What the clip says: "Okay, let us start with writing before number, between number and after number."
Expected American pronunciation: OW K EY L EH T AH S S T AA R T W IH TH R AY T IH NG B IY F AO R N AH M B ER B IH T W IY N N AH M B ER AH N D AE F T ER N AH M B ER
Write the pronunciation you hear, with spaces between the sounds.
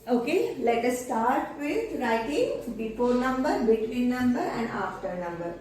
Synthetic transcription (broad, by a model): OW K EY L EH T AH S S T AA R T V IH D R AY T IH NG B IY P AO R N AH M B ER B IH T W IY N N AH M B ER AH N D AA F T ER N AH M B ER